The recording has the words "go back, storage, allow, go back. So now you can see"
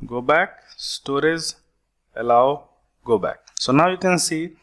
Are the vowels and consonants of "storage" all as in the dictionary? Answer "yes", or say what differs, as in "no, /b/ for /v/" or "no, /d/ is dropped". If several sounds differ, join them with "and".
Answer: no, /z/ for /dʒ/